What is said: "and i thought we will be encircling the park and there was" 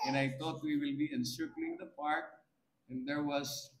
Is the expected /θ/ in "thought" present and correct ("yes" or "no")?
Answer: no